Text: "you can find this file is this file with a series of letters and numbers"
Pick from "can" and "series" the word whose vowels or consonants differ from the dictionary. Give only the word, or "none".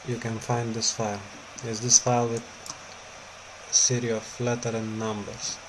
series